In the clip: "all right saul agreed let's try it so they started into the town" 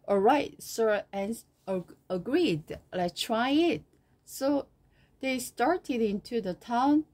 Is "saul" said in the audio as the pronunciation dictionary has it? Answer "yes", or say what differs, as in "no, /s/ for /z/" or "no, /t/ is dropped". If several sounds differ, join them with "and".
no, /n/ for /l/